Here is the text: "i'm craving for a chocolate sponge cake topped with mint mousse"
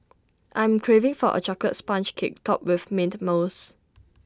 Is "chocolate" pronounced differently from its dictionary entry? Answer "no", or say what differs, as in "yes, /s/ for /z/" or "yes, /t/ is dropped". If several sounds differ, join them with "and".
yes, /l/ is dropped